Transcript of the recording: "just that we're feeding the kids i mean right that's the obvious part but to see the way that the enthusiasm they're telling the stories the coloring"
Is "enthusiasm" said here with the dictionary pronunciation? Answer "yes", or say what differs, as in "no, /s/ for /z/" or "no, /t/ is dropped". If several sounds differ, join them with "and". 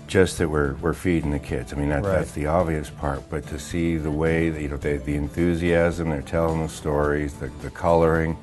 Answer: yes